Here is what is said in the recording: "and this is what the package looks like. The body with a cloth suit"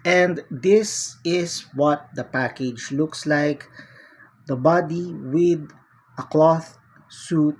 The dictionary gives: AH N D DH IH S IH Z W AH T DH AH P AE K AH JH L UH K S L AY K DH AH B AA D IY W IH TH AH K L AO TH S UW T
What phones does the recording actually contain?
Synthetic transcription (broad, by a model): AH N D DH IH S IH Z W AH T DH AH P AE K AH JH L UH K S L AY K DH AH B AA D IY W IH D AH K L AO TH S UW T